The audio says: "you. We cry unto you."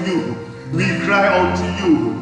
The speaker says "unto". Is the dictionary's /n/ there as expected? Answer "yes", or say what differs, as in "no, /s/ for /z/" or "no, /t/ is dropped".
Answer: no, /n/ is dropped